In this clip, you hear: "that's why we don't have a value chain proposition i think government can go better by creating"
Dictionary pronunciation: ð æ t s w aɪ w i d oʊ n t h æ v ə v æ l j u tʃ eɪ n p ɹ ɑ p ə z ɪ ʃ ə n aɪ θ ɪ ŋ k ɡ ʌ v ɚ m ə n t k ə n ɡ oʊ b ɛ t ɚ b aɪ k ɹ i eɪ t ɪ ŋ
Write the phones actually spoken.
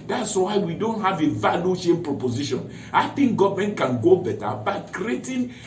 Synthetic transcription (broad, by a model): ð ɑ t s w aɪ w i d oʊ n t h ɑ v ə v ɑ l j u ʃ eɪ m p ɹ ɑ p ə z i ʃ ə n aɪ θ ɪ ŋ k ɡ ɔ v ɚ m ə n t k ə n ɡ oʊ b ɛ t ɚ b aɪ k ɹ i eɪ t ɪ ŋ